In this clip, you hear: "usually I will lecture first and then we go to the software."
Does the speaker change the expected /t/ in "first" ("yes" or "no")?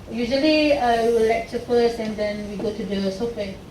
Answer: yes